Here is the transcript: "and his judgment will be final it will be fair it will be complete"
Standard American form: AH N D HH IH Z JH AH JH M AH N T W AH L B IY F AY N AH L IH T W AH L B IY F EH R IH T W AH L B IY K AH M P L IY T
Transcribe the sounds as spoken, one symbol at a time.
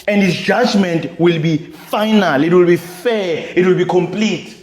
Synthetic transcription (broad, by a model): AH N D HH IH S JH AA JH M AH N T W AH L B IY F AY N AH L IH T W AH L B IY F EH IH T W AH L B IY K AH M P L IY T